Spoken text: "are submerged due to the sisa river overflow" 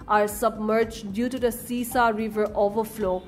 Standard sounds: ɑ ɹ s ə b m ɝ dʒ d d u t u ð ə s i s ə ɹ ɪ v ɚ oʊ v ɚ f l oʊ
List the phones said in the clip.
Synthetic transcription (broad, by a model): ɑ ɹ s ə b m ɝ dʒ d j u t u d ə s i s ə ɹ ɪ v ɚ oʊ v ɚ f l oʊ